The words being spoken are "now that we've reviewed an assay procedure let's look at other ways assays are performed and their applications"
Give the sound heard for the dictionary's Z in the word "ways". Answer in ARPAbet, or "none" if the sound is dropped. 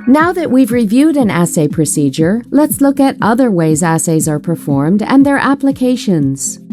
Z